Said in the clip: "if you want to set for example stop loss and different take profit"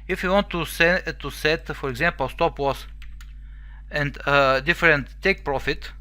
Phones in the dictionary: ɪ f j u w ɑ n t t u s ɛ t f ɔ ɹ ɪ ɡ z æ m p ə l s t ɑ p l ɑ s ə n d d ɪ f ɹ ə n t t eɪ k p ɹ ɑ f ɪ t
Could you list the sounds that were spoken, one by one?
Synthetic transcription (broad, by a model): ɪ f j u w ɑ n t t u s ɛ t f ɔ ɹ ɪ ɡ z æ m p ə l s t ɑ p w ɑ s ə n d d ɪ f ɹ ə n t t eɪ k p ɹ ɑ f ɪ t